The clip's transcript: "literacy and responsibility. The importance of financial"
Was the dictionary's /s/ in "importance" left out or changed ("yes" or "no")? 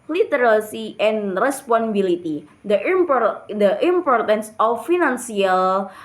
no